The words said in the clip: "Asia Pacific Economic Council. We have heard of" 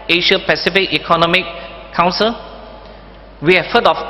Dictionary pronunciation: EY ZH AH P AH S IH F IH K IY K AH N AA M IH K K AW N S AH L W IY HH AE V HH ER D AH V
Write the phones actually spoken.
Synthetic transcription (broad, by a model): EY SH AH P AH S IH F IH K IY K AH N AA M IH K K AW N S AH L W IY HH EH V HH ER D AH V